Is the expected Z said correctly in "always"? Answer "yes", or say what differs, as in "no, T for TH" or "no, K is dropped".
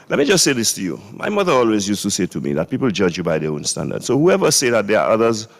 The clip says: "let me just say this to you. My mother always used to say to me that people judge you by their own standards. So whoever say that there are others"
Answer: yes